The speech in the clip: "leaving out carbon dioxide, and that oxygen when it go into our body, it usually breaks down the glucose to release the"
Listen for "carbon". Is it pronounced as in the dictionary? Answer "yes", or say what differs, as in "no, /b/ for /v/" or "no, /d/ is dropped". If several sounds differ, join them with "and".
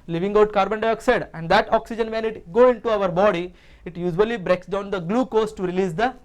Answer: yes